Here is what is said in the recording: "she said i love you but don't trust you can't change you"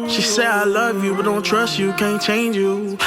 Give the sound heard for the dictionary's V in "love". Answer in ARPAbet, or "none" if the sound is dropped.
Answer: V